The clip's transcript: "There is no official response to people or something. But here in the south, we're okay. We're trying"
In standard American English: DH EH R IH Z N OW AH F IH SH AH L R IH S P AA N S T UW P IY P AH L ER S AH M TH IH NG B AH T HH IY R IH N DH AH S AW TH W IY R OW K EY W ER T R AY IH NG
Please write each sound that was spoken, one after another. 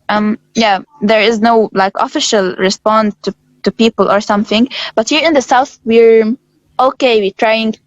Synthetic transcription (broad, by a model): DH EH R IH Z N OW AH F IH SH AH L R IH S P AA N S T UW P IY P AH L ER S AH M TH IH NG B AH T HH IY R IH N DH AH S AW TH W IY R OW K EY W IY T R AY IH NG